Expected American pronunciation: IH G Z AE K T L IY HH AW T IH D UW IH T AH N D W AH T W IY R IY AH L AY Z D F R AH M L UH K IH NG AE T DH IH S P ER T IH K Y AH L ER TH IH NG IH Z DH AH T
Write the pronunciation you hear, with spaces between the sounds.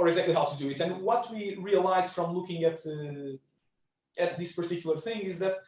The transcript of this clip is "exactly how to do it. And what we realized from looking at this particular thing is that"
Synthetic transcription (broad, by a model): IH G Z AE K T L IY HH AW T IH D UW IH T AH N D W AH T W IY R IY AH L AY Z F R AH M L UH K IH NG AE T DH IH S P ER T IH K Y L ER TH IH NG IH Z DH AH T